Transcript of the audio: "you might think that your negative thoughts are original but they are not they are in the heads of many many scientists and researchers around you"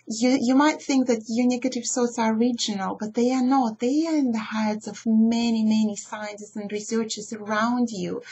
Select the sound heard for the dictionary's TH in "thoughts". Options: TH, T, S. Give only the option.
S